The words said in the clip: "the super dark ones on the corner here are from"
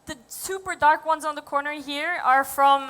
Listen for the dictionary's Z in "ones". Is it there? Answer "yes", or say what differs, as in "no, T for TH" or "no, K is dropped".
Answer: yes